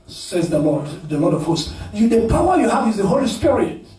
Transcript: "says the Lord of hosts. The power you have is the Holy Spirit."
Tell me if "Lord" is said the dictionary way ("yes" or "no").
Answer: no